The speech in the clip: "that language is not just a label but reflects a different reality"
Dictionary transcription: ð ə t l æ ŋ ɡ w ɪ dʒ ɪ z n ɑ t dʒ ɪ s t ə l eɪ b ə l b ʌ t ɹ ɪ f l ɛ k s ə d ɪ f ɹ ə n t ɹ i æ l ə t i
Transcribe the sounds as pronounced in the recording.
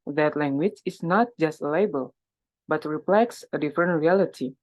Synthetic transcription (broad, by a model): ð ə t l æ ŋ ɡ w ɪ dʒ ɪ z n ɑ t dʒ ɪ s t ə l eɪ b ə l b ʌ t ɹ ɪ p l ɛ k s ə d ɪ f ɹ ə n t ɹ i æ l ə t i